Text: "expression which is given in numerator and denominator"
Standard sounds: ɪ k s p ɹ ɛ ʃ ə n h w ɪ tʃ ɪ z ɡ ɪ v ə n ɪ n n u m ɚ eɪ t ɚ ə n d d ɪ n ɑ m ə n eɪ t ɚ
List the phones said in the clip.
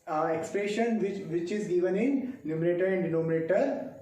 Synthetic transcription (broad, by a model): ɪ k s p ɹ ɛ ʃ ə n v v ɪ tʃ ɪ z ɡ ɪ v ə n ɪ n l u m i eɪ t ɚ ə n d d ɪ n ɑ m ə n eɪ t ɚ